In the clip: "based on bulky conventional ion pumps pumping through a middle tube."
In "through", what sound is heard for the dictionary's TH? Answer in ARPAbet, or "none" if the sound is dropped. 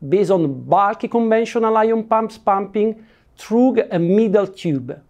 T